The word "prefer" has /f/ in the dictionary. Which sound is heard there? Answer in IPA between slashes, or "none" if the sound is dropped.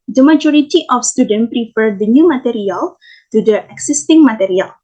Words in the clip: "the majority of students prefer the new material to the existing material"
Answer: /f/